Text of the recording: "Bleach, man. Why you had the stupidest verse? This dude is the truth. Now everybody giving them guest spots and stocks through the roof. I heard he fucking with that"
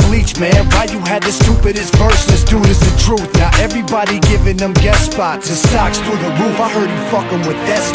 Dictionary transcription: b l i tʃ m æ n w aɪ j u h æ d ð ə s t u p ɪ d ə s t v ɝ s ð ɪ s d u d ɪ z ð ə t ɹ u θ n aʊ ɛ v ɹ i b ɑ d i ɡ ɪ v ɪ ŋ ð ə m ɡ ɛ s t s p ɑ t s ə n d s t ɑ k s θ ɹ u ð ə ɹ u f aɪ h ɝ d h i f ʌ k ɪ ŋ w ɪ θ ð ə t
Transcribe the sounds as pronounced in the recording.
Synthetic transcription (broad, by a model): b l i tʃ m æ n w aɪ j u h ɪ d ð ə s t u p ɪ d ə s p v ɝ s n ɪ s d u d ɪ z ð ə t ɹ u θ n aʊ ɛ v ɹ i b ɑ d i ɡ ɪ v ɪ ŋ ð ə m ɡ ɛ t s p ɑ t ə s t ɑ k s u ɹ ð ə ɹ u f aɪ h ɝ d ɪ f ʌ k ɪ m w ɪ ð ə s